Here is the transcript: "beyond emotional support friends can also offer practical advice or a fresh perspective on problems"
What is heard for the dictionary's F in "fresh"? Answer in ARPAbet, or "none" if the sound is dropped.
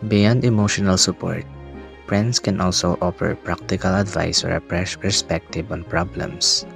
P